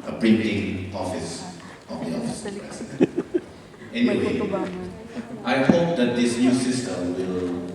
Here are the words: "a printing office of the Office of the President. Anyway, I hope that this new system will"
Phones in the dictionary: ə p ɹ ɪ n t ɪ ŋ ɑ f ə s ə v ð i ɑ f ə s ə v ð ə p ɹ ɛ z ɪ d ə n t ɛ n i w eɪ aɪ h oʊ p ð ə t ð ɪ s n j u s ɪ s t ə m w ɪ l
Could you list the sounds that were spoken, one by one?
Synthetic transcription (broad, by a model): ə p ɹ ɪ n t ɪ ŋ ɑ f ə s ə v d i ɑ f ə s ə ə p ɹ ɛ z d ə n ɛ n i w eɪ aɪ h oʊ p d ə t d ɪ s n j u s ɪ s t ə m w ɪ l